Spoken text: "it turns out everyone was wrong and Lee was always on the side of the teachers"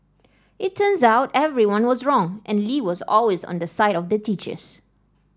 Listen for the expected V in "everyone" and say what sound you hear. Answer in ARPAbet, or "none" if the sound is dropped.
V